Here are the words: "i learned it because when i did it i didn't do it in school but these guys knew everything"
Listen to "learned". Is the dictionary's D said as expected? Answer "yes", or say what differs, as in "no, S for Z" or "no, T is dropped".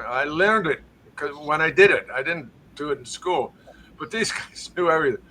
yes